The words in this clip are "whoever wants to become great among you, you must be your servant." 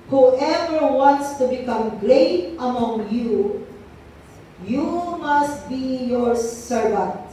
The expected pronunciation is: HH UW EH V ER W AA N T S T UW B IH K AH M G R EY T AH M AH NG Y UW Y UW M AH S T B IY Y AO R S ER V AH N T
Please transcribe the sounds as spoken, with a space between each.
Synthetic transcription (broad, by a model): HH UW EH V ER W AA N T S T UW B IH K AH M G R EY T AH M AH NG Y UW Y UW M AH S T B IY Y AO R S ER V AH N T